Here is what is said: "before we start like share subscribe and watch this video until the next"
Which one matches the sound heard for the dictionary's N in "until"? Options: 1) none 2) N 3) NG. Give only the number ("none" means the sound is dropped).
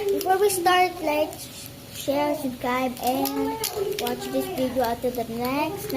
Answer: 1